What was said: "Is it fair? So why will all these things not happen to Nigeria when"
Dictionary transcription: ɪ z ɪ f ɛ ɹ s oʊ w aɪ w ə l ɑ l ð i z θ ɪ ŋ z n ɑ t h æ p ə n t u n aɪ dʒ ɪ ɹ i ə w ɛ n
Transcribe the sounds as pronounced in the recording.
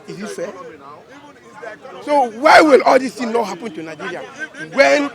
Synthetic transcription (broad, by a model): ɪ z ɪ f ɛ s oʊ w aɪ w ə l ɑ l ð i s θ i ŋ n ɑ t h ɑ p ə n t u n aɪ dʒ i ɹ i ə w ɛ n